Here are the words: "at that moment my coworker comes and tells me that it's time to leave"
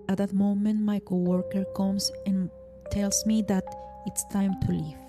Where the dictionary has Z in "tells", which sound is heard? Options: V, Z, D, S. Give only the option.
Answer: S